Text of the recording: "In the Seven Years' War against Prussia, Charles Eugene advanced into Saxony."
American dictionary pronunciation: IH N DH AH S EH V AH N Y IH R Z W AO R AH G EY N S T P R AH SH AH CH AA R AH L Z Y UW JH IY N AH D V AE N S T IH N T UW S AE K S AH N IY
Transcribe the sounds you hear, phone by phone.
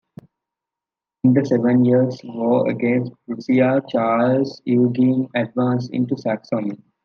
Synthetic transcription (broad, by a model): IH N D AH S EH V AH N Y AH R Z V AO AH G EY N S T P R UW S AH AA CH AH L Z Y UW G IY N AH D V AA N S IH N T UW S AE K S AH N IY